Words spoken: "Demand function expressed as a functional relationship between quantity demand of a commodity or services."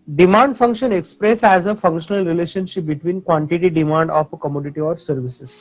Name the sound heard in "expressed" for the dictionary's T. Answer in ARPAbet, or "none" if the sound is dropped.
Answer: none